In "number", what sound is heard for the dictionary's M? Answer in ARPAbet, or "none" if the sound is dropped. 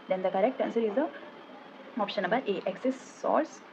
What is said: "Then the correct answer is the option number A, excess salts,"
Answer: none